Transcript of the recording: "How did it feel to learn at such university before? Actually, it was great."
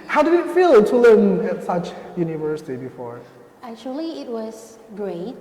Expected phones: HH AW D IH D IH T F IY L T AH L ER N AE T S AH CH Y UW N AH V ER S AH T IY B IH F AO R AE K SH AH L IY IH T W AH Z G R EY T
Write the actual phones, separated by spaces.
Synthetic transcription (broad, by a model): HH AW D IH D IH T F IY L T AH L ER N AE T S AH CH Y UW N AH V ER S AH T IY B IH F AO R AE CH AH L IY IH T W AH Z G R EY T